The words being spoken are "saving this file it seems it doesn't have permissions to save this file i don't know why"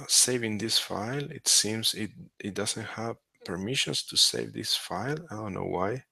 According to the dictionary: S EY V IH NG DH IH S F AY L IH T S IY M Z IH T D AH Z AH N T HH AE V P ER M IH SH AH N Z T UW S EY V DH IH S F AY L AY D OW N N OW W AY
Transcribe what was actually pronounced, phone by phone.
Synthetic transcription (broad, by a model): S EY V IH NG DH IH S F AY L IH T S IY M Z IH T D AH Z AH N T HH AE V P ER M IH SH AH N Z T UW S EY V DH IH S F AY L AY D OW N N OW W AY